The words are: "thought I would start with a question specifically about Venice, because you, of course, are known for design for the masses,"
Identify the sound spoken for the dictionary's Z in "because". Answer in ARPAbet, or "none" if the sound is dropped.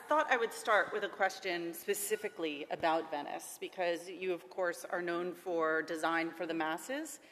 Z